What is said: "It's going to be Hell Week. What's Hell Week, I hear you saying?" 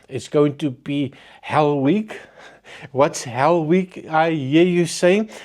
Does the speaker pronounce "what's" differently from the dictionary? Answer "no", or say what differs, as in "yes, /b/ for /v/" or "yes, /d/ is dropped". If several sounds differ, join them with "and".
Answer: no